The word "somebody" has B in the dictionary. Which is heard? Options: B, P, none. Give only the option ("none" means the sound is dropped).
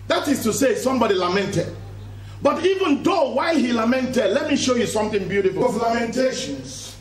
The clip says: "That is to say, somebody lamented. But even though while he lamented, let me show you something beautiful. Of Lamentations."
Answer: B